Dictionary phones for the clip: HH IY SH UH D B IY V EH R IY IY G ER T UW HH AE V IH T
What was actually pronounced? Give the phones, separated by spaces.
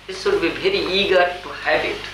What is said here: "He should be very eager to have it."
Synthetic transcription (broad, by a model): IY S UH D B IY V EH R IY IY G ER T UW HH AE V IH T